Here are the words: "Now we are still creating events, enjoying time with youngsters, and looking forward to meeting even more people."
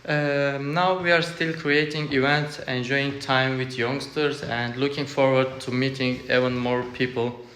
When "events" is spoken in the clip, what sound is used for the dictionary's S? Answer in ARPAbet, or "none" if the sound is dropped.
S